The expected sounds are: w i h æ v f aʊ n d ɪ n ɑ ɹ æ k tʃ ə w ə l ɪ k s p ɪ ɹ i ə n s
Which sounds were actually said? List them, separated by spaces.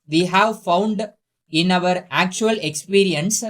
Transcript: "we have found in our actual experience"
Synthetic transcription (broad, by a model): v i h æ v f aʊ n d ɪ n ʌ ɹ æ k tʃ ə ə l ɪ k s p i ɹ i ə n s